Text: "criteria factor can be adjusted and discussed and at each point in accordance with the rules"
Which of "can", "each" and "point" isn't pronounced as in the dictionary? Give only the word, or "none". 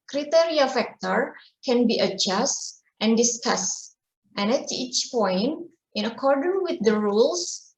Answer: none